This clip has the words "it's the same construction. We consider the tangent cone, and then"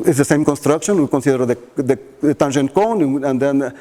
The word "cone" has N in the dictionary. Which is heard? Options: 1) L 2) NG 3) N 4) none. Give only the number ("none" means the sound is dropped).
3